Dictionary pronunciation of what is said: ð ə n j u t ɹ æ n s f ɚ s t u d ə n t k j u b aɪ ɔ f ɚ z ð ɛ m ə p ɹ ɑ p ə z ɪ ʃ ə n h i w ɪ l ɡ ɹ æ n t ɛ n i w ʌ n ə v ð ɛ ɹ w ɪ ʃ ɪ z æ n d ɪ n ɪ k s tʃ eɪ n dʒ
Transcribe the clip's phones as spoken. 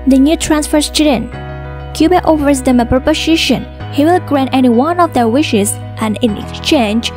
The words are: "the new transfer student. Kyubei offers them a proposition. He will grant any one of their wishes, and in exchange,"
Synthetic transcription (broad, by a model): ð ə n j u t ɹ æ n s f ɚ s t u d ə n k j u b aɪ ɔ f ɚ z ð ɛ m ə p ɹ p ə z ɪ ʃ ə n h i w ɪ l ɡ ɹ æ n t ɛ n i w ʌ n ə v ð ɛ ɹ w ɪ ʃ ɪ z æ n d ɪ n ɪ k s tʃ eɪ n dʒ